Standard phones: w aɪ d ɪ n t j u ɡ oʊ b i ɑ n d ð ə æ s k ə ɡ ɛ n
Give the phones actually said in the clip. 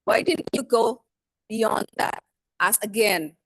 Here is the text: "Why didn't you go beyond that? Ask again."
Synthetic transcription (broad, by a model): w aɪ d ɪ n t j u ɡ oʊ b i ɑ n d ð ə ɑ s ə ɡ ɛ n